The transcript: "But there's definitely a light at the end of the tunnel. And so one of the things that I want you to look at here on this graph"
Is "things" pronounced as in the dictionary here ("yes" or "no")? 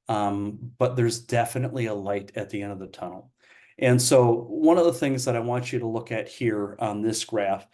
yes